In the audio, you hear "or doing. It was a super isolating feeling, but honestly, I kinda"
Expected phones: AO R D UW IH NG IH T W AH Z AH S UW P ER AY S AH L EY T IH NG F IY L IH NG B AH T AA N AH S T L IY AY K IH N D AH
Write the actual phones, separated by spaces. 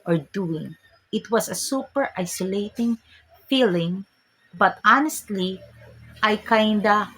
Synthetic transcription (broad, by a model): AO R D UW IH NG IH T W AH S AH S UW P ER AY S AH L EY T IH NG F IY L IH NG B AH T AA N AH S T L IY AY K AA N D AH